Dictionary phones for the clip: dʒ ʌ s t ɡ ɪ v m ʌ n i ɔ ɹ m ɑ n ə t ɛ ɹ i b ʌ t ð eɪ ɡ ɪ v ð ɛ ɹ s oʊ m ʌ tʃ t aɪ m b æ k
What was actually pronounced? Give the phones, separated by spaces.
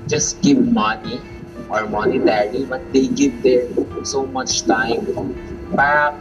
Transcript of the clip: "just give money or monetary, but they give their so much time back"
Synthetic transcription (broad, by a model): dʒ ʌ s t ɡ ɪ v m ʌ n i ɔ ɹ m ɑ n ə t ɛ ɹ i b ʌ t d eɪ ɡ ɪ v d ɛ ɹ s oʊ m ʌ tʃ t aɪ m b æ